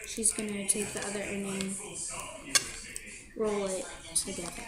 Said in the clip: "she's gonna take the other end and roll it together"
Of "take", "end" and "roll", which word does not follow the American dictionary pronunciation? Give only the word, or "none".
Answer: end